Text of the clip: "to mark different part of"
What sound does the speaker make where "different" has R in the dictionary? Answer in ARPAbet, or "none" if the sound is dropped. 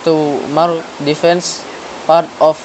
none